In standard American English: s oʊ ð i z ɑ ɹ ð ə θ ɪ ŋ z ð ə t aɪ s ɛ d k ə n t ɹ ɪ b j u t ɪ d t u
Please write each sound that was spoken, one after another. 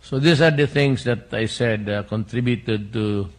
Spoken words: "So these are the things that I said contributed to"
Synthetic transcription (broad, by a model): s oʊ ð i s ɑ ɹ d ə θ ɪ ŋ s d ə t aɪ s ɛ d k ə n t ɹ ɪ b j u t ɪ d t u